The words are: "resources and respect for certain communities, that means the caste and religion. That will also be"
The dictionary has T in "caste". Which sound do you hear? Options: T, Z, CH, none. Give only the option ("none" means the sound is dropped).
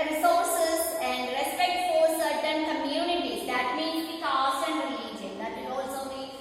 none